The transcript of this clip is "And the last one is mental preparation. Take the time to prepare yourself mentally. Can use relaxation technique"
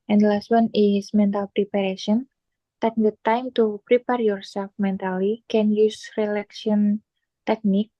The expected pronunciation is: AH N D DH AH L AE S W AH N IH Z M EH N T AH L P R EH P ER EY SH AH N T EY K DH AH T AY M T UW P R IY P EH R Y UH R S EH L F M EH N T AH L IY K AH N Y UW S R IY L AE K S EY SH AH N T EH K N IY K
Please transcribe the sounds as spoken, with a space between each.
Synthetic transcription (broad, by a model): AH N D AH L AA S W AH N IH S M EH N T AH L P R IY P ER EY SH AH N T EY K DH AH T AY M T UW P R IY P EH R Y UH R S EH L F M EH N T AH L IY K AH N Y UW S R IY L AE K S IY AH N T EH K N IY K